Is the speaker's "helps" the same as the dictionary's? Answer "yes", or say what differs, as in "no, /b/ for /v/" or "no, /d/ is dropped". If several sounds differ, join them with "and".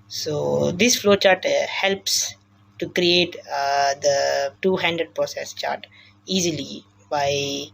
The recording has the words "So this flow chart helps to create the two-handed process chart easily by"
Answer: yes